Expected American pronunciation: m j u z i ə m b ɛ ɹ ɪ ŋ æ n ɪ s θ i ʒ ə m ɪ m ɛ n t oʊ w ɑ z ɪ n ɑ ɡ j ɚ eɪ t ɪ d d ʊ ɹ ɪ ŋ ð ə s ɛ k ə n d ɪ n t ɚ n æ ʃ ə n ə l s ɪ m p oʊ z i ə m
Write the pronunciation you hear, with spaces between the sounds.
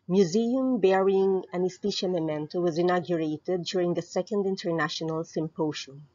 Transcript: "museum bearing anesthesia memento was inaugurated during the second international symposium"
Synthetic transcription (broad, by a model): m j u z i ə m b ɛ ɹ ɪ ŋ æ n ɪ s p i ʃ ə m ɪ m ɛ n t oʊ w ɑ z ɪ n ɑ ɡ j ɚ eɪ t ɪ d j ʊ ɹ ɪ ŋ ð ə s ɛ k ə n d ɪ n t ɚ n æ ʃ ə n ə l s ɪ m p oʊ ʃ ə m